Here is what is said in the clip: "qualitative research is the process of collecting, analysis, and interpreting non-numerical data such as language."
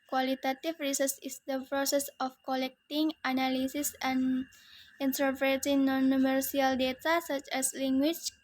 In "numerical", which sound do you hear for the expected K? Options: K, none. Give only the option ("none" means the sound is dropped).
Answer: none